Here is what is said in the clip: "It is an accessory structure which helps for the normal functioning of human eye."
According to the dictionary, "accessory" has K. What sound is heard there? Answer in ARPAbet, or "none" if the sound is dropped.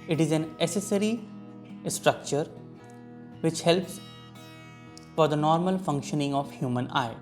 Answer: none